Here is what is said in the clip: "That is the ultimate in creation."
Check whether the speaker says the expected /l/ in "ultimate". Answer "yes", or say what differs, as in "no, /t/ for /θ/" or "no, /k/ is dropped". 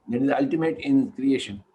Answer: yes